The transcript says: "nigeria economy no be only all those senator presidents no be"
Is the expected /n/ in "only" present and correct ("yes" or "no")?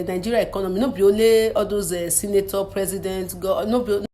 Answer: no